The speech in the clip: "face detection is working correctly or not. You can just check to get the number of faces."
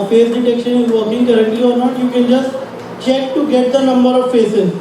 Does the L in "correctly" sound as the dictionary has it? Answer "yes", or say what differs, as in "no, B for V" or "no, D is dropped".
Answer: no, L is dropped